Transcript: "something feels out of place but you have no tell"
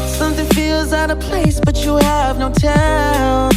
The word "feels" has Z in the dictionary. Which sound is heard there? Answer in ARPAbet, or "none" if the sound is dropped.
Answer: Z